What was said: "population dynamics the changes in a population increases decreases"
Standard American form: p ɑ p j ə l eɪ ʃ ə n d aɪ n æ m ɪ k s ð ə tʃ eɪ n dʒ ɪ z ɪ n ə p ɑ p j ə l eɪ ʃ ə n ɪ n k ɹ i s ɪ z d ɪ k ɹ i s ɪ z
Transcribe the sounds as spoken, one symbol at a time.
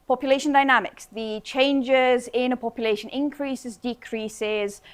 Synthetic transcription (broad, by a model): p ɑ p j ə l eɪ ʃ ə n d aɪ n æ m ɪ k s ð ə tʃ eɪ n dʒ ɪ z ɪ n ə p ɑ p j ə l eɪ ʃ ə n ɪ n k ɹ i s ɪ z d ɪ k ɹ i s ɪ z